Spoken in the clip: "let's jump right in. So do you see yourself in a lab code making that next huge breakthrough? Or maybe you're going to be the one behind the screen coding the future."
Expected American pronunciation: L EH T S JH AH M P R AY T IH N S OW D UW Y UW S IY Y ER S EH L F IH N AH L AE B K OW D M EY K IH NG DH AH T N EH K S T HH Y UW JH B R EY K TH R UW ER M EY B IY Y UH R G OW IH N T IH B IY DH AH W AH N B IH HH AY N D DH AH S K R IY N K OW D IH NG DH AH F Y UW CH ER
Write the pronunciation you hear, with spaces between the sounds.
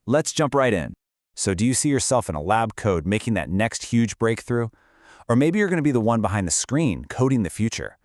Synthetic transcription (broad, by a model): L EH T S JH AH M P R AY T IH N S OW D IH Y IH S IY Y ER S EH L F IH N AH L AE B K OW D M EY K IH NG DH AH T N EH K S T HH Y UW JH B R EY K TH R UW ER M EY B IY Y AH R G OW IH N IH B IY DH AH W AH N B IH HH AY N DH AH S K R IY N K OW D IH NG DH AH F Y UW CH ER